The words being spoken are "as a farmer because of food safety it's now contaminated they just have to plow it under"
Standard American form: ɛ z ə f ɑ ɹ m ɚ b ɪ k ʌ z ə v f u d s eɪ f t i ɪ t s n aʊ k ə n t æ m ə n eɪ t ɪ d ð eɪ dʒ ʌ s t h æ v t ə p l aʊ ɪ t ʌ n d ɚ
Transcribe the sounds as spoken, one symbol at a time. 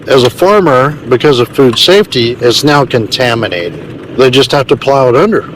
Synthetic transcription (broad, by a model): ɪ z ə f ɑ ɹ m ɚ b ɪ k ʌ z ə v f u d s eɪ f t i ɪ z n aʊ k ə n t æ m ə n eɪ t ɪ d ð eɪ dʒ ʌ s t h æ f t ə p l aʊ ɪ t ʌ n d ɚ